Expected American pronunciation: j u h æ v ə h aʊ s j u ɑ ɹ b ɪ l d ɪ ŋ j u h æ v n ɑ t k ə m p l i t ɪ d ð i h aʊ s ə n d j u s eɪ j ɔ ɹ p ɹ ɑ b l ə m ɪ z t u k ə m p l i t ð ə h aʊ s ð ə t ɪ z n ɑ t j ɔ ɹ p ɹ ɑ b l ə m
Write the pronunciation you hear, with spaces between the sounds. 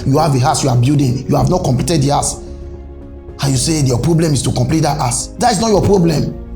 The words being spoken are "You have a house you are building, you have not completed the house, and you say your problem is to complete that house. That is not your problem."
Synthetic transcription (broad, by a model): j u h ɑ v ə h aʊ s j u ɑ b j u d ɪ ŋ j u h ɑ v n ɑ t k ə m p l i t ɪ d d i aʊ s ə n j u s eɪ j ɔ p ɹ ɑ b l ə m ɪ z t u k ə m p l i t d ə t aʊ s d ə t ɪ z n ɑ t j ɔ p ɹ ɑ b l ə m